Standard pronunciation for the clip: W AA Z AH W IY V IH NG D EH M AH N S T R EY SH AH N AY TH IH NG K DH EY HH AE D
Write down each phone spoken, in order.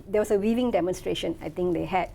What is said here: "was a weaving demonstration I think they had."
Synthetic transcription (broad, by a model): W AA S AH W IY V IH NG D EH M AH N S T R EY SH AH N AY T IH NG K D EY HH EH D